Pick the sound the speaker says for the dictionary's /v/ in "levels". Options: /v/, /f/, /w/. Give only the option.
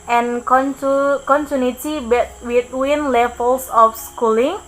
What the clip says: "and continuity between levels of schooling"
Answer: /f/